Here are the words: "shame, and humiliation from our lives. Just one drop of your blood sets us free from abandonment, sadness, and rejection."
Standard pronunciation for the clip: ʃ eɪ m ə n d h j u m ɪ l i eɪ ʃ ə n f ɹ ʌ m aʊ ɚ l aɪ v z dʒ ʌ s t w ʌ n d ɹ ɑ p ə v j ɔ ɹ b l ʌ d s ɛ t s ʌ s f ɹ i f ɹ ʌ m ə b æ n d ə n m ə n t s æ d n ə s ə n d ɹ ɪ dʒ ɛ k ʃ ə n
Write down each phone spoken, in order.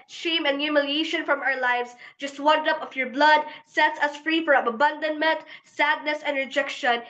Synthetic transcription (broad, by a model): ʃ eɪ m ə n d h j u m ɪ l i eɪ ʃ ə n f ɹ ʌ m aʊ ɚ l aɪ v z dʒ ʌ s t w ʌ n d ʌ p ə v j ɔ ɹ b l ʌ d s ɛ t s ʌ s f ɹ i f ɹ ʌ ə b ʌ n d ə n m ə n t s æ d n ə s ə n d ɹ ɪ dʒ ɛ k ʃ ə n